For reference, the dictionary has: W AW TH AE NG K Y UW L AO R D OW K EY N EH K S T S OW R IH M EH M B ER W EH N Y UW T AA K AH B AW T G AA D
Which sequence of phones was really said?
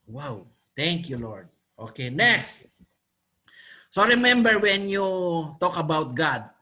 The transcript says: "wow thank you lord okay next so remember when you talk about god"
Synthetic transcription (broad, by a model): W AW T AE NG K Y UW L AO R D OW K EY N EH K S T S OW R IH M EH M B ER W EH N Y UW T AA K AH B AW T G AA D